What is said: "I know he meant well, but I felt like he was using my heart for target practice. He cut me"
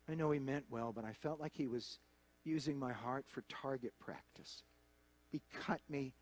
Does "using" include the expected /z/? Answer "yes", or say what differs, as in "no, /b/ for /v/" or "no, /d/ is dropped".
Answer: yes